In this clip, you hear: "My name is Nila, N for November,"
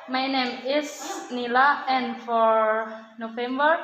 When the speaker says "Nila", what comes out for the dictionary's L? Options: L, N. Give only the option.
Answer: L